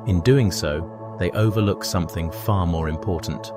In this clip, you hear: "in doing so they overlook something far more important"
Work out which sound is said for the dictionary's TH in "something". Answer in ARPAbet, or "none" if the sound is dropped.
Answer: TH